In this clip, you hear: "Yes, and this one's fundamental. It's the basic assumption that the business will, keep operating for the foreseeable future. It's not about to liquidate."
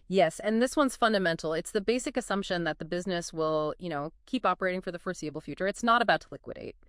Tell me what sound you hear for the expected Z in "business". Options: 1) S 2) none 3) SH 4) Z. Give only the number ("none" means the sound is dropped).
4